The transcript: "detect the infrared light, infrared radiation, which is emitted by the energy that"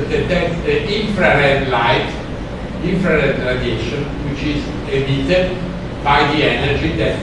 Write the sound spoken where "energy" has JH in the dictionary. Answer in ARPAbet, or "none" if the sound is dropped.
JH